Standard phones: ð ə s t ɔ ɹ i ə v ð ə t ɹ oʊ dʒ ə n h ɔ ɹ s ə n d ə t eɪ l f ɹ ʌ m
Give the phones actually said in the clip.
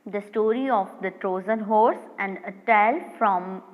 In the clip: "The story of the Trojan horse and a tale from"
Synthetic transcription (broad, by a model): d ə s t ɔ ɹ i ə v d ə t ɹ oʊ z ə n h ɔ ɹ s ə n d ə t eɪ l f ɹ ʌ m